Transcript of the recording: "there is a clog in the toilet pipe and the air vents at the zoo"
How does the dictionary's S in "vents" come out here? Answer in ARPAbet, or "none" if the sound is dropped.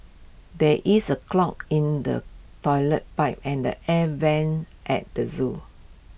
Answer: none